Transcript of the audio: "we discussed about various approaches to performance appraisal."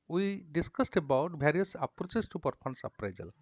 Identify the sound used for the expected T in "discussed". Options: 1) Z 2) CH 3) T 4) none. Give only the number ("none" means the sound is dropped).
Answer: 3